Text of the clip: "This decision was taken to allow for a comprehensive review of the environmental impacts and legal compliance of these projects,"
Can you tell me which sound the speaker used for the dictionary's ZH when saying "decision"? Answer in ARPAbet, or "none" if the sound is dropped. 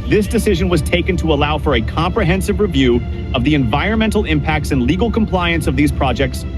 ZH